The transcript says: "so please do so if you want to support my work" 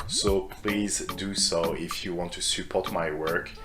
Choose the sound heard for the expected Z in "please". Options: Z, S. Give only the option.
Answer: Z